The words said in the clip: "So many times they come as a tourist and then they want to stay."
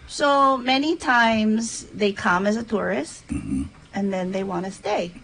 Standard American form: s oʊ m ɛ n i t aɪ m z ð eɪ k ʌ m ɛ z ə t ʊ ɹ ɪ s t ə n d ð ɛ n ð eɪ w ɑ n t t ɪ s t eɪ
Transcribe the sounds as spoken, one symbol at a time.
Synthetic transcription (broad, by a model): s oʊ m ɛ n i t aɪ m z ð eɪ k ʌ m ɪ z ə t ʊ ɹ ɪ s t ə n ð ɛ n ð eɪ w ɑ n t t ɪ s t eɪ